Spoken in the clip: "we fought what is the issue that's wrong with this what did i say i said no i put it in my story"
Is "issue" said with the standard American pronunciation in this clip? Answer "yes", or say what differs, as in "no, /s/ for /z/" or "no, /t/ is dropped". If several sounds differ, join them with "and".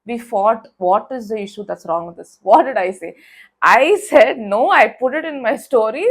yes